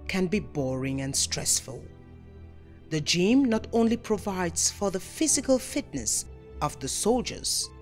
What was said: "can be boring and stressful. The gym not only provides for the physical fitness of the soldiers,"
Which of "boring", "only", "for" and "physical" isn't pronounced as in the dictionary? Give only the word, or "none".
none